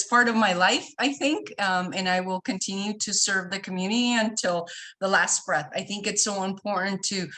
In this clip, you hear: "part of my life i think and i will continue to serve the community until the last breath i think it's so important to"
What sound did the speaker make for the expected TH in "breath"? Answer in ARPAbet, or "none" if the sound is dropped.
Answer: TH